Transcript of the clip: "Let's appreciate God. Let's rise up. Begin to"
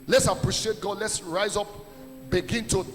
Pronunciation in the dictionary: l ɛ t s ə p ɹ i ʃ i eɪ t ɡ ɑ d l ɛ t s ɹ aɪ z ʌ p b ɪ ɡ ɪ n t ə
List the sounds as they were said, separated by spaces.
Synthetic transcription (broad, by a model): l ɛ t s ə p ɹ i ʃ i eɪ t ɡ ɑ d l ɛ t s ɹ aɪ z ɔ p b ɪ ɡ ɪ n t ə